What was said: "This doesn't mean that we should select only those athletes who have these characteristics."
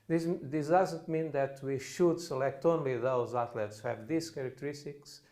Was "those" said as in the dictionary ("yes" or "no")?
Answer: yes